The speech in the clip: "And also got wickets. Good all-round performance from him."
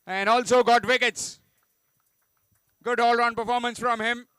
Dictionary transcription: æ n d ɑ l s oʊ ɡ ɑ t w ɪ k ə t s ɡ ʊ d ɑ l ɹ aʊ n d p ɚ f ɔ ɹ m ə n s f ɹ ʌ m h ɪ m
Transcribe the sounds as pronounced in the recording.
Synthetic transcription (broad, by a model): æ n d ɑ l s oʊ ɡ ɑ t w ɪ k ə t s ɡ ʊ d ɑ l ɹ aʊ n p ɚ f ɔ ɹ m ə n s f ɹ ʌ m h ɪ m